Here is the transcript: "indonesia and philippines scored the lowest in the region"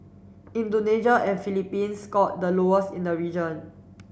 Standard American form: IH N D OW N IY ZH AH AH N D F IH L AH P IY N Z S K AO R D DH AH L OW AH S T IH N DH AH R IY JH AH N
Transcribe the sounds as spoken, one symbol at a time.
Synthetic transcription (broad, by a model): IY N D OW N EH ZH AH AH N F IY L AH P IY N S K AO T D AH L OW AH S IH N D AH R IY JH AH N